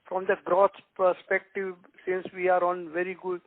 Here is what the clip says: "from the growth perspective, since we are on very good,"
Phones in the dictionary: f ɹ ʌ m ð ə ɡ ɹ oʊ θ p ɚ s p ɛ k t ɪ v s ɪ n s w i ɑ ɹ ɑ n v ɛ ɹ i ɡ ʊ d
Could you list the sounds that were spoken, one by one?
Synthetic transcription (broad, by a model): f ɹ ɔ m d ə ɡ ɹ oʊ s p ɚ s p ɛ k t ɪ v s ɪ n s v i ɑ ɹ ɑ n v ɛ ɹ i ɡ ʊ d